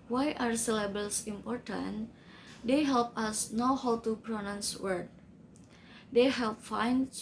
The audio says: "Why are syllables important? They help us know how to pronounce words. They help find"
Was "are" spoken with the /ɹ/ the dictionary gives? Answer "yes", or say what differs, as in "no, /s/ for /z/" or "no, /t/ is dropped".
yes